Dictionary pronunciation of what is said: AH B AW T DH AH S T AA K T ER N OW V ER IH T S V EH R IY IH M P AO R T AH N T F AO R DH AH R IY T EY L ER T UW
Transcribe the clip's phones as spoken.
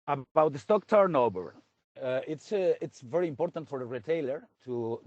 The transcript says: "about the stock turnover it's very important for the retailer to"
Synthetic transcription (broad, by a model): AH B AW T DH AH S T AA K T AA N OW B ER IH T S V EH R IY IH M P AO R T AH N T F AO R DH AH R IY T EY L ER T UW